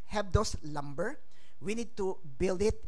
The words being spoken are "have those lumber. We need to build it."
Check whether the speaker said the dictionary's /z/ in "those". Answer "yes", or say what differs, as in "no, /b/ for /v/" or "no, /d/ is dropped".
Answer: no, /s/ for /z/